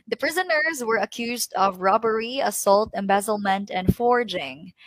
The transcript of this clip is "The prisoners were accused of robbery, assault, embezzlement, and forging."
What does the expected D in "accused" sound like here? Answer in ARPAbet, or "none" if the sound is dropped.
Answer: D